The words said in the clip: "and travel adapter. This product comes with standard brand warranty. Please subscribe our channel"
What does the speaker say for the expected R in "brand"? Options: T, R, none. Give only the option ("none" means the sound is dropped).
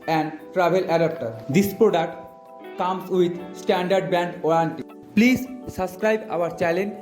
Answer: none